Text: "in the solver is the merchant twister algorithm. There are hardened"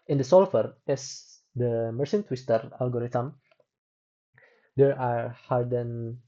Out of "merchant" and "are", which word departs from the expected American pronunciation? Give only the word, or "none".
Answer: merchant